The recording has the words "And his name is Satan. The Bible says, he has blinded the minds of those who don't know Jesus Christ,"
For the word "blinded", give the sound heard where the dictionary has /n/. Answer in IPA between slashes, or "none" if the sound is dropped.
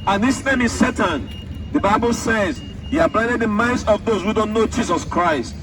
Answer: none